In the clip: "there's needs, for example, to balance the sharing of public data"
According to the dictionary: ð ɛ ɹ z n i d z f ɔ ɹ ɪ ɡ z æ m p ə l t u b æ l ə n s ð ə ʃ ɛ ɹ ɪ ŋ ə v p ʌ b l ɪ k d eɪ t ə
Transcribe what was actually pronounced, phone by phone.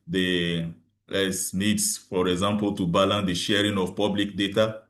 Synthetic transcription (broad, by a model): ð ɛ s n i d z f ɔ ɹ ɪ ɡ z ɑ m p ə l t u b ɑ l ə n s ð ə ʃ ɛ ɹ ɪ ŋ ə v p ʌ b l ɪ k d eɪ t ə